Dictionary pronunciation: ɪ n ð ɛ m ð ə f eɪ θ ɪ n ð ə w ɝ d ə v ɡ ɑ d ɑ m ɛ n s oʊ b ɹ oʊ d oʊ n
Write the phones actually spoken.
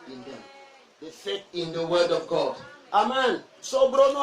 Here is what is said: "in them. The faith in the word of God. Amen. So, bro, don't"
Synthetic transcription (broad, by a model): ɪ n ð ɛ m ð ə f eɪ t ɪ n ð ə w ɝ d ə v ɡ ɑ d ɑ m ɛ n s oʊ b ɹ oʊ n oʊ